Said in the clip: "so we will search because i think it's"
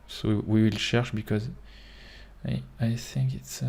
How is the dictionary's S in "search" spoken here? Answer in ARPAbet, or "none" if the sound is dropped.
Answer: SH